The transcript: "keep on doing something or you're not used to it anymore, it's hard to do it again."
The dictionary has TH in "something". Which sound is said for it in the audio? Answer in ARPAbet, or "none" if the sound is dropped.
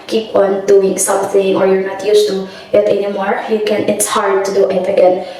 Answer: TH